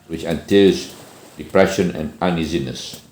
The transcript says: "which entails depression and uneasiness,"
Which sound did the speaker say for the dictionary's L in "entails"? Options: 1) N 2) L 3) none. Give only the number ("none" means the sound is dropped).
3